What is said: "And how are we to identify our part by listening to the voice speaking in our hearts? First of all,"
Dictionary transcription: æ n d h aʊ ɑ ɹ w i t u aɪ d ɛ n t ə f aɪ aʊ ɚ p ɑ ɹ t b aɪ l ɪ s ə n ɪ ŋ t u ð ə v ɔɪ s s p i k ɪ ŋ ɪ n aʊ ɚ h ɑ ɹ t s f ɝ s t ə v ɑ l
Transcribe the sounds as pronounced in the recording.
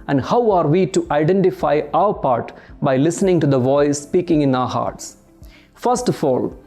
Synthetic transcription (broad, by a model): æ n d h aʊ ɑ ɹ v i t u aɪ d ɛ n t ə f aɪ aʊ ɚ p ɑ ɹ t b aɪ l ɪ s ə n ɪ ŋ t u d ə v ɔɪ s s p i k ɪ ŋ ɪ n aʊ ɚ h ɑ ɹ t s f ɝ s t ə f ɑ l